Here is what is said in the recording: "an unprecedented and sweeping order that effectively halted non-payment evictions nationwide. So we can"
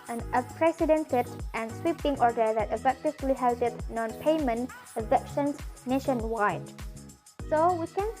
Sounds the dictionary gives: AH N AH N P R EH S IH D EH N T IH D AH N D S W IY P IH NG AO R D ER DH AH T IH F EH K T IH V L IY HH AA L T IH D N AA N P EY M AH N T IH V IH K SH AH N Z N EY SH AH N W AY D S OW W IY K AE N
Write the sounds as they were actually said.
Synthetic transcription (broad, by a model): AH N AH P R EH S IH D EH N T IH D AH N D S W IY P IH NG AO R D ER DH AH T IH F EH K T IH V L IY HH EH L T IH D N AA N P EY M AH N T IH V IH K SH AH N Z N EY SH AH N W AY D S OW W IY K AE N